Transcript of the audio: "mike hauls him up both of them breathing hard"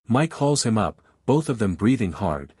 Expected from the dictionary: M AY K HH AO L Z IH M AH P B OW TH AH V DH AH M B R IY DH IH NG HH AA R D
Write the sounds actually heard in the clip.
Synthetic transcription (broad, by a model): M AY K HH AO L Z IH M AH P B OW TH AH V DH AH M B R IY DH IH NG HH AA R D